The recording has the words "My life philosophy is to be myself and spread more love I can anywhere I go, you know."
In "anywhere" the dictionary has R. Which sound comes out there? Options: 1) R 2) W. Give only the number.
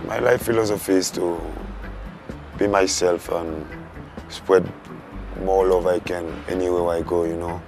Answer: 2